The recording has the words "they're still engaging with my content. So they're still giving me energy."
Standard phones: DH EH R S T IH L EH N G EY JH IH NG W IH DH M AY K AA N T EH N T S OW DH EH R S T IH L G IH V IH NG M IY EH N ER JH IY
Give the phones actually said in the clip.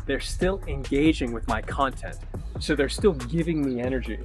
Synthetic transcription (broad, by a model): DH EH R S T IH L EH N G EY JH IH NG W IH DH M AY K AA N T EH N T S OW DH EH R S T IH L G IH V IH NG M IY EH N ER JH IY